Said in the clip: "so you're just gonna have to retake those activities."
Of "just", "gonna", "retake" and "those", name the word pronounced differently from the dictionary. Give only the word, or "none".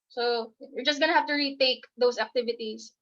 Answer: those